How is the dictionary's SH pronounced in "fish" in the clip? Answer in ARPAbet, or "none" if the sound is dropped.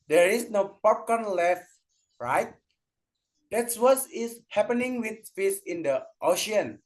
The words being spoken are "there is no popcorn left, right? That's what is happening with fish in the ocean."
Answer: S